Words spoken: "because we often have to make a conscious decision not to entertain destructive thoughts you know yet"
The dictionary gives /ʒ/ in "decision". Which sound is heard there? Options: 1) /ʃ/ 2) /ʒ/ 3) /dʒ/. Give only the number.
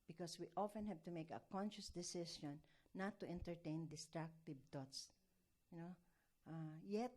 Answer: 1